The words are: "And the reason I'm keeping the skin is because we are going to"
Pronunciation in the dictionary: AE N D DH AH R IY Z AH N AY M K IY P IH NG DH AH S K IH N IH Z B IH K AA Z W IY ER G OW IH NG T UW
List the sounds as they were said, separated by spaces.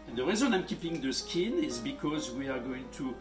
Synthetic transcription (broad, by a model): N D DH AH R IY Z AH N AY M K IY P IH NG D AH S K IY N IH Z B IH K AA Z W IY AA G OW IH NG T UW